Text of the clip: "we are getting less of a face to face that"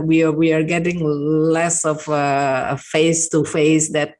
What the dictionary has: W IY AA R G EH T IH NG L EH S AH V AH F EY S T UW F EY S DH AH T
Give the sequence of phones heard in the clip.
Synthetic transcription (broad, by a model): W IY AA W G EH T IH NG L EH S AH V AH F EY S T UW F EY S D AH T